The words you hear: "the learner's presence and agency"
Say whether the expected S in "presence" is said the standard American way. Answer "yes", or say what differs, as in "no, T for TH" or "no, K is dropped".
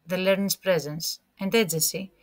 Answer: yes